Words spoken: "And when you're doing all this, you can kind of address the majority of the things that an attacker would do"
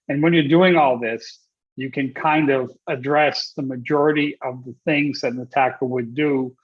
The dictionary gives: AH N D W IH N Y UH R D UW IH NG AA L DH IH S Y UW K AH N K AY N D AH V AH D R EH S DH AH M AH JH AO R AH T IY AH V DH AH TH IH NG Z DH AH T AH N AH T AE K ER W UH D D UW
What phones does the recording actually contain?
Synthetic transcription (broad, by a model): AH N W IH N Y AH R D UW IH NG AA L DH IH S Y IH K AH N K AY N D AH V AH D R EH S DH AH M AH JH AO R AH T IY AH V DH AH TH IH NG Z DH AH T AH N AH T AE K ER W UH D D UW